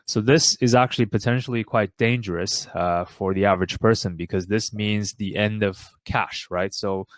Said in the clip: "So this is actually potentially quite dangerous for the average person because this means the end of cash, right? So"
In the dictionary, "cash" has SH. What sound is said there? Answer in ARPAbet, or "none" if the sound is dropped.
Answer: SH